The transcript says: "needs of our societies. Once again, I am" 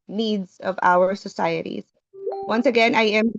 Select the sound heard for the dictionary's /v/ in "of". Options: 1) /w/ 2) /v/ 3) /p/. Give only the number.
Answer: 2